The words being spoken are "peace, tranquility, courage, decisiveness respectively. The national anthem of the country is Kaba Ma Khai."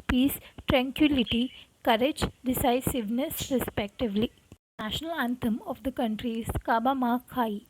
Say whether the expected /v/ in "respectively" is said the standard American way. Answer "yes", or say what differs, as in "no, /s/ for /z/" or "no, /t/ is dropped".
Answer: yes